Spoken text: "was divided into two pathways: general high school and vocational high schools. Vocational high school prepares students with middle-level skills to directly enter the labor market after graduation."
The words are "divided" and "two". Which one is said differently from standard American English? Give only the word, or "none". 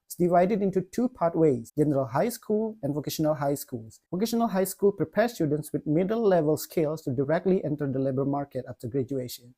none